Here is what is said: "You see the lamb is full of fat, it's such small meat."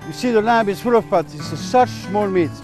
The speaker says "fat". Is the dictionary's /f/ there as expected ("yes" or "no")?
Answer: no